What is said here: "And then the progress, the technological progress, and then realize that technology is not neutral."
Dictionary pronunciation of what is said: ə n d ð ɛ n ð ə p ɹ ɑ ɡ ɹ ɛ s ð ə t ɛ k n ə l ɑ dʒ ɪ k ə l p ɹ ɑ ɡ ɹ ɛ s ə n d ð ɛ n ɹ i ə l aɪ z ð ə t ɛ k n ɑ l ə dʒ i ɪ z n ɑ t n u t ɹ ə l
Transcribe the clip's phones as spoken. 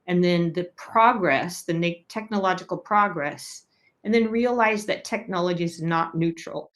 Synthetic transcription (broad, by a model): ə n ð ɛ n ð ə p ɹ ɑ ɡ ɹ ɛ s ð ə t ɛ k n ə l ɑ dʒ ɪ k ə l p ɹ ɑ ɡ ɹ ɛ s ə n ð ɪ n ɹ i ə l aɪ z ð ə t ɛ k n ɑ l ə dʒ i ɪ z n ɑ t n u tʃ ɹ l